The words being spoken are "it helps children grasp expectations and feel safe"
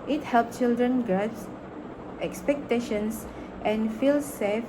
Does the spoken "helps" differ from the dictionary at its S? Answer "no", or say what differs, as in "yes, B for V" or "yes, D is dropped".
yes, S is dropped